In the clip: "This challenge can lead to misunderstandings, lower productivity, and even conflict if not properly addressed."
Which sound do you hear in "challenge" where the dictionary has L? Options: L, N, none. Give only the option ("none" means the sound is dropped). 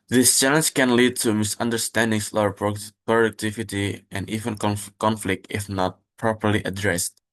L